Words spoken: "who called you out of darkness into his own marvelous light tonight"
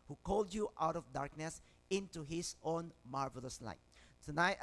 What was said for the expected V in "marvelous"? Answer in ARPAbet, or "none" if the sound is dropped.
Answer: V